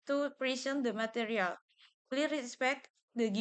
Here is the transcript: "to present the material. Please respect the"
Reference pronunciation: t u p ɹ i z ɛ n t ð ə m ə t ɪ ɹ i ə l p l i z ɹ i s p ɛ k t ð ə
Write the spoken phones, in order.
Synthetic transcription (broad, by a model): t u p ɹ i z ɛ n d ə m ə t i ɹ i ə l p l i ɹ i s p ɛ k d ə